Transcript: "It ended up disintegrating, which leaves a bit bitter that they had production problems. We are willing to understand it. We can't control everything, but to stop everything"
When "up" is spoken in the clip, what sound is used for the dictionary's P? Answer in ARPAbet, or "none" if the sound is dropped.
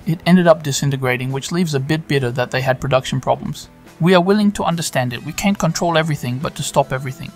P